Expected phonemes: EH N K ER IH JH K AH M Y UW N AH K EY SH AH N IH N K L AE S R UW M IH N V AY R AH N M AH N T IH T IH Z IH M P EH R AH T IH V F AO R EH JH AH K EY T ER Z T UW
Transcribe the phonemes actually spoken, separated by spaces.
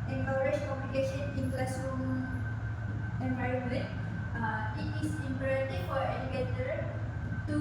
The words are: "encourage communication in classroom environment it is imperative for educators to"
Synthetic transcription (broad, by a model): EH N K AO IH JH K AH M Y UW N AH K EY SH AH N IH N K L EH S UW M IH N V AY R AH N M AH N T IH T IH S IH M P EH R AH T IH F AO R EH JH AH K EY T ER T UW